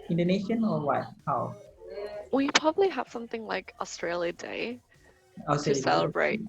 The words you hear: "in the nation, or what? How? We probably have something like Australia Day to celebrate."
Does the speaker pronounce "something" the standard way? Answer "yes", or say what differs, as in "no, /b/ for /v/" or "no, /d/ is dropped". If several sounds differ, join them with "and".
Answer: yes